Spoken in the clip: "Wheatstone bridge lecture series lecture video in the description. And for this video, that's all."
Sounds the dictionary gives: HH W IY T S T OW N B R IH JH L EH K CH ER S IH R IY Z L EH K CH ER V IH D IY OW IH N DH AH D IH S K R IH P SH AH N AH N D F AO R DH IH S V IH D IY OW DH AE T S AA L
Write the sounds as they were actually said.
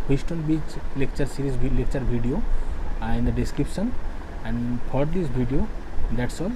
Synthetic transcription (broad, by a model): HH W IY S T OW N B IY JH L EH K CH ER S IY R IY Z L EH K CH ER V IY D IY OW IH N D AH D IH S K R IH P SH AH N AH N D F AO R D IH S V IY D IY OW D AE T S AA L